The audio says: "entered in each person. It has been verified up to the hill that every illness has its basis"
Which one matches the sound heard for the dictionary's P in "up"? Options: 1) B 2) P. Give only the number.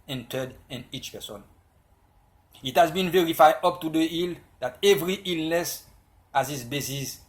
2